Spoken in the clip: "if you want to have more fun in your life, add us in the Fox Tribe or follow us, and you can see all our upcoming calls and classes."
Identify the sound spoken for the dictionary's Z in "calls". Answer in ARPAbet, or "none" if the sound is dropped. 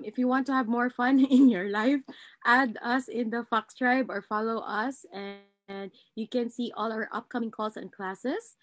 S